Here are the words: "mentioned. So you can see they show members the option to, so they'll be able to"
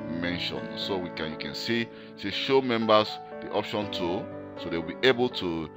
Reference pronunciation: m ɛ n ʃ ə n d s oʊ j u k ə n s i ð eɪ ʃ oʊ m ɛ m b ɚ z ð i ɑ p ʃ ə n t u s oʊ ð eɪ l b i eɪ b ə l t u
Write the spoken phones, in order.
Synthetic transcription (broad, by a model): m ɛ n ʃ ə n s oʊ j u k ə n s i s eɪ ʃ oʊ m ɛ m b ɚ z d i ɑ p ʃ ə n t u s oʊ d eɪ w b i eɪ b ə l t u